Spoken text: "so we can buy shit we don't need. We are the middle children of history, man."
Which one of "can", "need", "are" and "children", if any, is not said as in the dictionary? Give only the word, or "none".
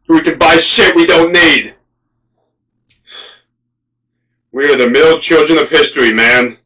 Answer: none